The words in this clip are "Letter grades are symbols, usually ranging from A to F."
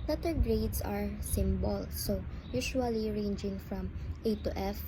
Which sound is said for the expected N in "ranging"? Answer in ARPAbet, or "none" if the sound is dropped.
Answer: N